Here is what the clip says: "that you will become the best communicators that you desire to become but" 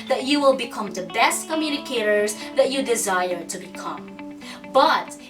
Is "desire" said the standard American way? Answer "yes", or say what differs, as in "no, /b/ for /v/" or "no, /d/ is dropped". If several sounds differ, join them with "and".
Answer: yes